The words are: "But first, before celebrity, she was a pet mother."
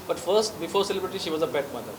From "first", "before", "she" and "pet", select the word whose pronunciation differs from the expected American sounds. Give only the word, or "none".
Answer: pet